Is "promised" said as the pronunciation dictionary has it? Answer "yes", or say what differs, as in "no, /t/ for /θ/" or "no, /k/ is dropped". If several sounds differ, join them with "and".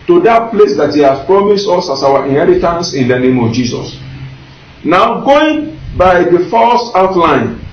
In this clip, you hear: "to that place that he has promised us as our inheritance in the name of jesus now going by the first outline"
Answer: yes